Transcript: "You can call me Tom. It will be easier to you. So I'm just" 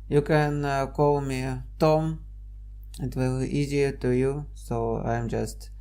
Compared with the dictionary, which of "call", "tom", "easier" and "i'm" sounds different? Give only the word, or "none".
none